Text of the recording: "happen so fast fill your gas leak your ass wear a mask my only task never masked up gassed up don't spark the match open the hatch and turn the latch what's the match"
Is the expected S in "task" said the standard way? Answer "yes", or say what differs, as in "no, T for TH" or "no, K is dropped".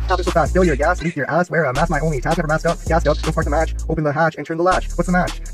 no, S is dropped